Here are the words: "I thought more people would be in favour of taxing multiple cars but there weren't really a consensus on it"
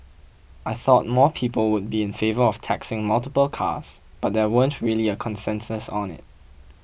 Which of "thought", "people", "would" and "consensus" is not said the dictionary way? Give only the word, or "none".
none